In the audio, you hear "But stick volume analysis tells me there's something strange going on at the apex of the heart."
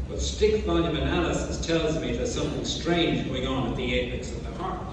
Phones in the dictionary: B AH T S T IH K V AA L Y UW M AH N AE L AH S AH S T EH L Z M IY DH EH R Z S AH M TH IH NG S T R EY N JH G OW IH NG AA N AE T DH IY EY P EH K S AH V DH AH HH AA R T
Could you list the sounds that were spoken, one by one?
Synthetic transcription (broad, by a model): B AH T S T IH K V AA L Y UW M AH N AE L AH S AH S T EH L Z M IY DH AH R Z S AH M TH IH NG S T R EY N JH G OW IH NG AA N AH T DH IY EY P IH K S AH V DH AH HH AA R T